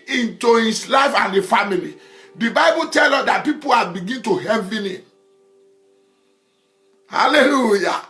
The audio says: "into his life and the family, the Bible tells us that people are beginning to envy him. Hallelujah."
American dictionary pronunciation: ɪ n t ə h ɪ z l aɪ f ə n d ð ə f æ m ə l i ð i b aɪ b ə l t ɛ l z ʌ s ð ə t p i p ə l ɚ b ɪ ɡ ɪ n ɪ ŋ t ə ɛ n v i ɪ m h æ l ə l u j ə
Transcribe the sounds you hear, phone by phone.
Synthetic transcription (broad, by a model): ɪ n t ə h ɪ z l aɪ f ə n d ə f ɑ m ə l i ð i b aɪ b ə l t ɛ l ʌ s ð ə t p i p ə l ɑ b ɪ ɡ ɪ n t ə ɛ v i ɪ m h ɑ l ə l u j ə